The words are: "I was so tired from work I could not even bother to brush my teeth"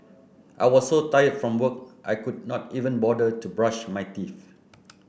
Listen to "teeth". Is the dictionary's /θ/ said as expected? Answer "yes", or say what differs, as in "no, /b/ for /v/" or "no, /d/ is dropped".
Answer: no, /f/ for /θ/